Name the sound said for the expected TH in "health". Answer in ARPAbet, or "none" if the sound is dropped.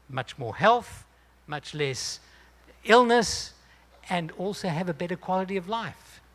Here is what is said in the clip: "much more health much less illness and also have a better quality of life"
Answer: TH